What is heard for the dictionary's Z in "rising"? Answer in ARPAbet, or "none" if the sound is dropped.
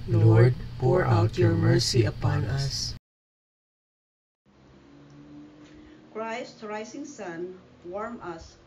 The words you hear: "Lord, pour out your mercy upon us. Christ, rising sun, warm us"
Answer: S